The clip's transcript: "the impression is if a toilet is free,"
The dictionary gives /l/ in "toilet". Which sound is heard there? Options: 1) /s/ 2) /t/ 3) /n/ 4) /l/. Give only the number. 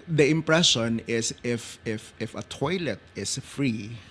4